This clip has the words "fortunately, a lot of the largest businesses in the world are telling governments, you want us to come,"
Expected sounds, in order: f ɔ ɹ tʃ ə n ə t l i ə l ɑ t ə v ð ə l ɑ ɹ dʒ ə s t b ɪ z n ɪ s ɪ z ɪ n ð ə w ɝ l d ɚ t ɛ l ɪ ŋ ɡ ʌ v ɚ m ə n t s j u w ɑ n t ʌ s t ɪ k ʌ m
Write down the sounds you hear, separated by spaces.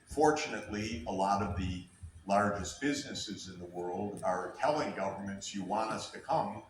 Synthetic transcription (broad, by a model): f ɔ ɹ tʃ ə n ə t l i ə l ɑ t ə v ð ə l ɑ ɹ dʒ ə s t b ɪ z n ɪ s ɪ z ɪ n ð ə w ɝ l d ɚ t ɛ l ɪ ŋ ɡ ʌ v ɚ m ə n t s j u w ɑ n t ʌ s t ɪ k ʌ m